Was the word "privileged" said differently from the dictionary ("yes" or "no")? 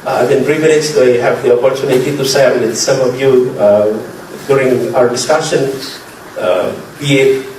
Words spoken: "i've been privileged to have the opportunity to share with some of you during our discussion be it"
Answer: yes